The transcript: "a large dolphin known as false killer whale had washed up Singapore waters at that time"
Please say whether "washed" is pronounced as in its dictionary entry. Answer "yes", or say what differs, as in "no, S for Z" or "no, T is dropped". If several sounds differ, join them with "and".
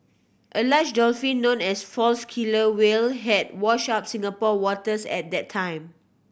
no, T is dropped